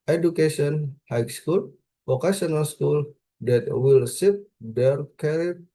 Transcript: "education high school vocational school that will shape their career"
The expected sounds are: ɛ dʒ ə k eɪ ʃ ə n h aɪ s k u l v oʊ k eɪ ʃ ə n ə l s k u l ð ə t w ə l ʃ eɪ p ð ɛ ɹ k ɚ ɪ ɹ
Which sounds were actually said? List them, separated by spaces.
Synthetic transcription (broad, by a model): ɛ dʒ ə k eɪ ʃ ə n h aɪ s k u l f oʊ k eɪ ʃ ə n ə l s k u l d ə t w ə l s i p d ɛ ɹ k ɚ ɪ